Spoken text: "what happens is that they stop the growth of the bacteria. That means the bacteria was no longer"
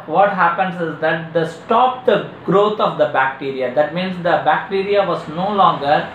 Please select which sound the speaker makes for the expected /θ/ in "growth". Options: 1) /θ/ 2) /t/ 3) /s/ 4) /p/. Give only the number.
2